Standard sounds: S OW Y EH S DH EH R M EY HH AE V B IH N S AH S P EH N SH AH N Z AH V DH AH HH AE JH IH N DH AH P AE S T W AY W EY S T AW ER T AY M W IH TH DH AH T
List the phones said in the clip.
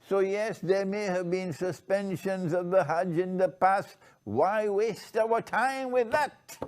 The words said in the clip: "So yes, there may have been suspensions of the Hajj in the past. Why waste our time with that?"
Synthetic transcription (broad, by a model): S OW Y EH S DH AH R M EY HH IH V B IH N S AH S P EH N SH AH N Z AH V DH AH HH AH JH IH N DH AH P AE S T W AY W EY S T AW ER T AY M W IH DH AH T